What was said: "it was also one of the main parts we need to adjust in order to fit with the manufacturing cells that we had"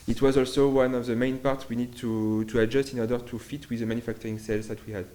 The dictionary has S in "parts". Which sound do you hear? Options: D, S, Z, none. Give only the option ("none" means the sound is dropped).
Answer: none